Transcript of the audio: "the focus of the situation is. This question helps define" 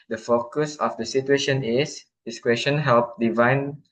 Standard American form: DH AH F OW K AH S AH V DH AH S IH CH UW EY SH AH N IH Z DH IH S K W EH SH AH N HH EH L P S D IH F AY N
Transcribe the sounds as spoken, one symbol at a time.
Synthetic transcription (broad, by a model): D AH F OW K AH S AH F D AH S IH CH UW EY SH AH N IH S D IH S K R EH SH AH N HH EH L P D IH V AY N